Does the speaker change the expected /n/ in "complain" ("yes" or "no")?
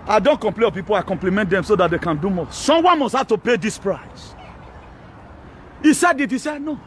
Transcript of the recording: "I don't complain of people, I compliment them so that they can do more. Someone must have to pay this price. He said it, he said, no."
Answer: yes